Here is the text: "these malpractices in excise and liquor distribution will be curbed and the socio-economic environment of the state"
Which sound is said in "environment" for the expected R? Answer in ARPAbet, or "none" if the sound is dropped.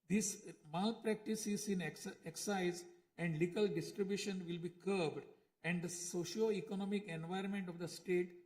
none